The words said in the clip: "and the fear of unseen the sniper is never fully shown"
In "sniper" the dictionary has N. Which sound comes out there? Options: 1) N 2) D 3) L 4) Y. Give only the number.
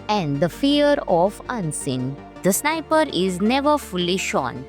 1